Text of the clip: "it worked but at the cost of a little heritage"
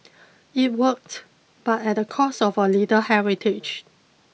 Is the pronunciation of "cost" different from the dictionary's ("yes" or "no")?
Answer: yes